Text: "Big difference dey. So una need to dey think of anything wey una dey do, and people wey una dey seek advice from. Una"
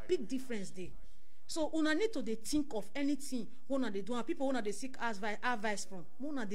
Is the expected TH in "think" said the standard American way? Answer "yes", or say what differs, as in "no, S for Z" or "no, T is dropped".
no, T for TH